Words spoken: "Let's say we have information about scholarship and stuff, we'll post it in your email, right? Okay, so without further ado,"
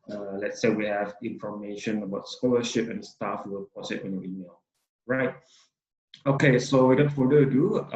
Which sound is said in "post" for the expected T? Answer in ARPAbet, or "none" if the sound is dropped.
none